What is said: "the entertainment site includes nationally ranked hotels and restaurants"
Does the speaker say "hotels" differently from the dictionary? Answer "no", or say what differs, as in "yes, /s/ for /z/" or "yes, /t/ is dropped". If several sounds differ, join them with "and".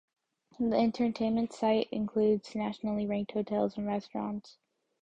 no